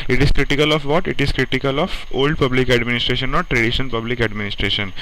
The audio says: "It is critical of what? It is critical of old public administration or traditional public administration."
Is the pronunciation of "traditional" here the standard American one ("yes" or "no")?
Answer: no